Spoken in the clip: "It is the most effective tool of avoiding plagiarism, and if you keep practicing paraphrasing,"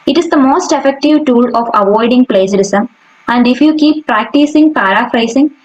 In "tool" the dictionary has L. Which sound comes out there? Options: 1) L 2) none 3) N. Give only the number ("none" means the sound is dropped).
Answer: 1